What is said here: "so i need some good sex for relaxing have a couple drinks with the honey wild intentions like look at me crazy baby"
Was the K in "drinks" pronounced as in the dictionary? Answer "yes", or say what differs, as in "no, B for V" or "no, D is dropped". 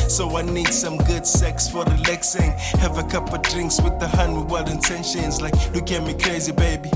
yes